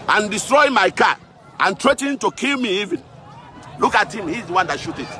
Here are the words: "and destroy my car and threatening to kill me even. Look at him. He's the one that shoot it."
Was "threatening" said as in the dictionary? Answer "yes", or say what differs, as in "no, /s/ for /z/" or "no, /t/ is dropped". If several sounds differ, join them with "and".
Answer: no, /n/ is dropped